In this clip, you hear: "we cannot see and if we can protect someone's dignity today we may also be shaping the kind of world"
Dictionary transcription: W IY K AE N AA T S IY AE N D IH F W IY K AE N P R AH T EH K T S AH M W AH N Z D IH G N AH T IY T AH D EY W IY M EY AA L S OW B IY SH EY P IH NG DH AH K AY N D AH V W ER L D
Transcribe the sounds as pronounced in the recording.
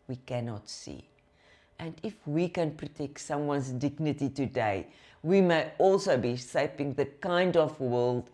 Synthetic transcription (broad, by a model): W IY K AE N AA T S IY AE N D IH F W IY K AE N P R AH T EH K T S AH M W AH N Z D IH G N AH T IY T AH D EY W IY M EY AA L S OW B IY S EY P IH NG DH AH K AY N D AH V W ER L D